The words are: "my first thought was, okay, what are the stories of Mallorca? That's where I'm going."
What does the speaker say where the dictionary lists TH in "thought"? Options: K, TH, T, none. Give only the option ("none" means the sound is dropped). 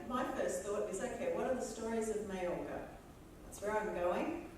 TH